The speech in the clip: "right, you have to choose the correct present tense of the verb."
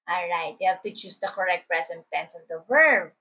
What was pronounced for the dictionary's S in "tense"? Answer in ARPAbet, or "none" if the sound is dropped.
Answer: S